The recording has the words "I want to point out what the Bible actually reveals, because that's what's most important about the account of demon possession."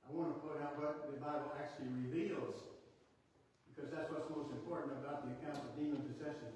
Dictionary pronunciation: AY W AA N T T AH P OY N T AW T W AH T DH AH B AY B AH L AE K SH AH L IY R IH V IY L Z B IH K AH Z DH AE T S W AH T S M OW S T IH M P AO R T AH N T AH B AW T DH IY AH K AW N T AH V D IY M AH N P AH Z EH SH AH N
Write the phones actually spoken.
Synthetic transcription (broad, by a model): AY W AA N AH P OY T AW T W AH T DH AH B AY B L AE K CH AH L IY R IH V IY L Z B IH K AH Z DH AE T S W AH T S M OW S T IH M P AO R T N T AH B AW T DH IY AH K AW N T AH V D IY M AH N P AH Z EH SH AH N